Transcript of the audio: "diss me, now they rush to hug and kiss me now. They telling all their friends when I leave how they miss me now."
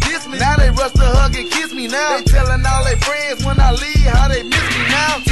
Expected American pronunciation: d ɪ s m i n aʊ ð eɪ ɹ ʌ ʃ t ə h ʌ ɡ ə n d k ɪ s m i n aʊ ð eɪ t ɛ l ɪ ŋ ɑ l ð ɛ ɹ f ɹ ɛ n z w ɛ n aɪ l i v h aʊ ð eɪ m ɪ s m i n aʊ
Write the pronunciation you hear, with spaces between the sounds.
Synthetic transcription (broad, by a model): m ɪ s m i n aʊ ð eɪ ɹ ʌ s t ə h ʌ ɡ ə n k ɪ s m i n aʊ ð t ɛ l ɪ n ɑ l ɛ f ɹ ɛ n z w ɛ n aɪ l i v h aʊ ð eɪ m ɪ s m i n aʊ